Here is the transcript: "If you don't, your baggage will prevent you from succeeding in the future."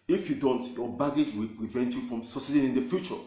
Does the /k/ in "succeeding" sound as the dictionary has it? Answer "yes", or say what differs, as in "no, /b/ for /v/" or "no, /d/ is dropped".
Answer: no, /k/ is dropped